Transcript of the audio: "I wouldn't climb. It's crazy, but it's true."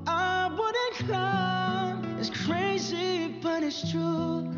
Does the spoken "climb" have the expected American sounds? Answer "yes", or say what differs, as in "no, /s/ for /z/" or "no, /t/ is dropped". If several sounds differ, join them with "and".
no, /m/ is dropped